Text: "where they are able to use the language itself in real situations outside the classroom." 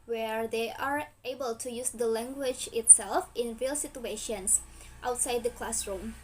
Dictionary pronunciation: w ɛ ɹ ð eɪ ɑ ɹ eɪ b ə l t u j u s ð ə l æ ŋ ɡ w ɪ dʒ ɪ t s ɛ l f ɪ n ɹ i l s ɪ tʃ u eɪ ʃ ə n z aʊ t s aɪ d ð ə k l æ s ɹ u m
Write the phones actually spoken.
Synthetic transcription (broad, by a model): w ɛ ɹ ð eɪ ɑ ɹ eɪ b ə l t u j u s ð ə l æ ŋ ɡ w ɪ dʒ ɪ t s ɛ l f ɪ n ɹ i l s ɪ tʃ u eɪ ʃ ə n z aʊ t s aɪ d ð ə k l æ s ɹ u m